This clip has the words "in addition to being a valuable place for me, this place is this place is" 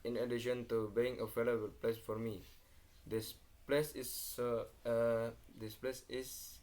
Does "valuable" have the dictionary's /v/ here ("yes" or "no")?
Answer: no